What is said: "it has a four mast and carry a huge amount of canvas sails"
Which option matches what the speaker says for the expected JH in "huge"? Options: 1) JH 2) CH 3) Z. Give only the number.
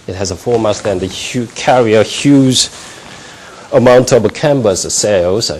3